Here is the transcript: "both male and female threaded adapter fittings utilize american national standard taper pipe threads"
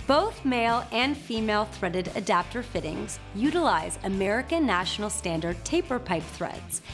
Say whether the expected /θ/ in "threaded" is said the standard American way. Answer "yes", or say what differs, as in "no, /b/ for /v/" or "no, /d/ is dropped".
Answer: yes